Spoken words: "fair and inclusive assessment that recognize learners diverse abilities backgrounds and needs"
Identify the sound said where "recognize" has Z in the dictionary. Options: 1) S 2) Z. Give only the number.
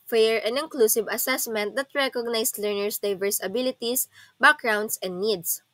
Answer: 1